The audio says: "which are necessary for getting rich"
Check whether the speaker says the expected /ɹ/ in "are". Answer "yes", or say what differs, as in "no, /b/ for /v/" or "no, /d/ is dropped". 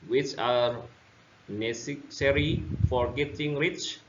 yes